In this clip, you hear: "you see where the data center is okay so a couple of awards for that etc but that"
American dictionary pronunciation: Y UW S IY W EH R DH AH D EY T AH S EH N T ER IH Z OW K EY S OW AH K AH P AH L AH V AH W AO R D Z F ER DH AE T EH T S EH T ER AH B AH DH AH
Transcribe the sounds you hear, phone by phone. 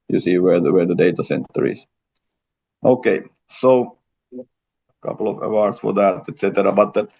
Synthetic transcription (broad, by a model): Y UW S IY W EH W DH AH D EY T AH S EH N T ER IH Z OW K EY S OW AH K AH P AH L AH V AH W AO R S F ER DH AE T EH T S EH T ER AH B AH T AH